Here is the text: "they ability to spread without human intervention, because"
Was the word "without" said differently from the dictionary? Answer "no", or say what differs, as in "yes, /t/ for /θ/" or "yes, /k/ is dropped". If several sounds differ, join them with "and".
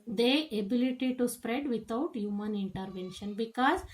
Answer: yes, /t/ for /θ/